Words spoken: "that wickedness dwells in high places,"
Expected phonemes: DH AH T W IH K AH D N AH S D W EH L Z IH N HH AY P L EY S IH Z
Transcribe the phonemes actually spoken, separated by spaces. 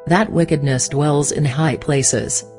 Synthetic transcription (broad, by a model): DH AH T W IH K AH D N AH S D W EH L Z IH N HH AY P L EY S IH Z